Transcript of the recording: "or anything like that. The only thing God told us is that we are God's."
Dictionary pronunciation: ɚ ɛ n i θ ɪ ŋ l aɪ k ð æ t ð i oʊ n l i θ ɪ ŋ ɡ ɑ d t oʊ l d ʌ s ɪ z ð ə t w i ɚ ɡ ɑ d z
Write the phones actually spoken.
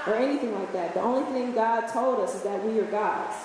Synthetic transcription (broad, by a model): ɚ ɛ n i θ ɪ ŋ l aɪ k ð æ t ð i oʊ n l i θ ɪ ŋ ɡ ɑ d t oʊ l d ʌ s ɪ z ð ə t w i ɚ ɡ ɑ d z